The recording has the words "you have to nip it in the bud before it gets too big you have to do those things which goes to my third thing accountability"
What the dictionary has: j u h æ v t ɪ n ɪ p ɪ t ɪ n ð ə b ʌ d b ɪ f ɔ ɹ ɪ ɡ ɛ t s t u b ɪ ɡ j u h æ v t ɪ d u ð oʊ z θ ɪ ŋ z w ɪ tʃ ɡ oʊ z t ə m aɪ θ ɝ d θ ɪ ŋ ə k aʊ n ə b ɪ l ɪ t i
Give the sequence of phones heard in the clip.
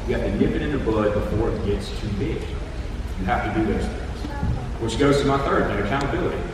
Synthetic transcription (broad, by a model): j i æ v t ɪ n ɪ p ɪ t ɪ n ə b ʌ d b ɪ f ɔ ɹ ɪ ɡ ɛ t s t u b ɪ ɡ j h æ f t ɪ d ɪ ð oʊ z θ ɪ ŋ z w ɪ ʃ ɡ oʊ z t ə m aɪ θ ɝ d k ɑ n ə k aʊ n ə b ɪ l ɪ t i